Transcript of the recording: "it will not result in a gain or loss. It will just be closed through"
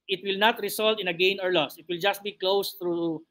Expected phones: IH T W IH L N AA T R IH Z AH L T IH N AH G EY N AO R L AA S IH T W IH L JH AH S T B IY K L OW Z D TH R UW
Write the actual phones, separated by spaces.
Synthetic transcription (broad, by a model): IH T W IH L N AA T R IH S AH L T IH N AH G EY N AO R L AA S IH T W IH L JH AH S T B IY K L OW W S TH R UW